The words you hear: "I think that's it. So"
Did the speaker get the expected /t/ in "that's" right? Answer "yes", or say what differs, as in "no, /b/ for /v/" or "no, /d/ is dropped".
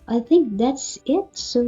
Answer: yes